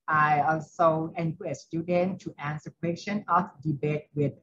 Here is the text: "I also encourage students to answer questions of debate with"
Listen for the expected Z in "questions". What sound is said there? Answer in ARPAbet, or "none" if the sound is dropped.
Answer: none